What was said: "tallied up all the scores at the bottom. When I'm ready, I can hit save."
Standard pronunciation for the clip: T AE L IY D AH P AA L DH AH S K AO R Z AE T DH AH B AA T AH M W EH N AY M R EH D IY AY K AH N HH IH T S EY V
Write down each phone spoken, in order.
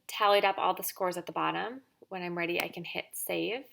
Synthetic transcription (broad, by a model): T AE L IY D AH P AA L DH AH S K AO R Z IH T DH AH B AA T AH M W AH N AY M R EH D IY AY K AH N HH IH T S EY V